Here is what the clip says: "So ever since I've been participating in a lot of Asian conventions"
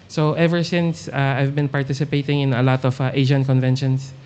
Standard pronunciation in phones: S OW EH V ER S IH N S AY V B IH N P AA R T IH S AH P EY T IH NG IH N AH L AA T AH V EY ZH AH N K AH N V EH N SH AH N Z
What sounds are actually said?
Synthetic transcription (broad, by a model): S OW EH V ER S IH N S AY V B IH N P AA R T IH S AH P EY T IH NG IH N AH L AA T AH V EY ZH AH N K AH N V EH N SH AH N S